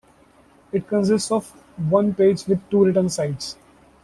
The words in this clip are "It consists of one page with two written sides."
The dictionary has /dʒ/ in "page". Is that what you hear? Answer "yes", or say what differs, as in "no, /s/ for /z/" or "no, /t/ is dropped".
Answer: yes